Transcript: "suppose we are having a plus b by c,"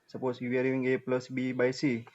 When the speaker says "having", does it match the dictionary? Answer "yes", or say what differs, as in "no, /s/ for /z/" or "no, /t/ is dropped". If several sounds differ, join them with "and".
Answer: no, /v/ is dropped